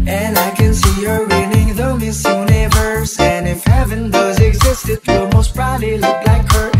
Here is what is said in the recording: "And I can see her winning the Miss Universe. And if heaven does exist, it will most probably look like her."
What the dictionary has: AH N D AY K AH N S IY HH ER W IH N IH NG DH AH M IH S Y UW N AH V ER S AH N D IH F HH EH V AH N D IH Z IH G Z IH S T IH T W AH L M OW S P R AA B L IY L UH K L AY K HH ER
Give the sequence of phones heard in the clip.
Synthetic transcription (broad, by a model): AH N AY K AH N S IY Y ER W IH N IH NG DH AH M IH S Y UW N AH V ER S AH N IH F HH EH V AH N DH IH Z IH G Z IH S T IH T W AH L M OW S B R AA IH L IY L UH K L AY K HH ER